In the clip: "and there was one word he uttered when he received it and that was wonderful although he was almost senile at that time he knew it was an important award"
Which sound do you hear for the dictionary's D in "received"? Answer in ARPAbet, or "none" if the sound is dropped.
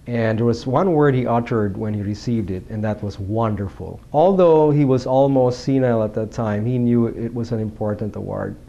D